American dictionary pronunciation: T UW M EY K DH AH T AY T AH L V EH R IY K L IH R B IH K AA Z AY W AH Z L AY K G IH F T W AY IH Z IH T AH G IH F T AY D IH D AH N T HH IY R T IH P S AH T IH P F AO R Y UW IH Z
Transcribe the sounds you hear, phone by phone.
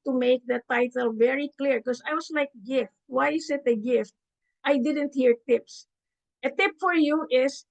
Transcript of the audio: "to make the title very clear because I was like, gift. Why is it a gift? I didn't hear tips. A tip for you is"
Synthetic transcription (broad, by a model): T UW M EY K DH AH T AY T AH L V EH R IY K L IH R K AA S AY W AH S L AY K G IH F T W AY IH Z IH T AH G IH F T AY D IH D AH N T HH IY R T IH P S AH T IH P F AO R Y UW IH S